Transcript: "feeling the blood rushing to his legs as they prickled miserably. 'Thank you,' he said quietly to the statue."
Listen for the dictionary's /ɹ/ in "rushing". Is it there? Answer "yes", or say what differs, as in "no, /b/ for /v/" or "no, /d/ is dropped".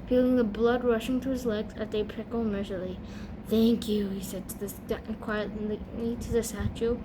yes